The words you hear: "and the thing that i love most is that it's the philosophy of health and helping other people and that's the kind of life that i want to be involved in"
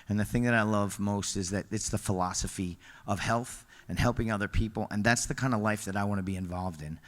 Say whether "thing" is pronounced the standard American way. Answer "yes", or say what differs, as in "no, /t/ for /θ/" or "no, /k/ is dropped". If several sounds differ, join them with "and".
yes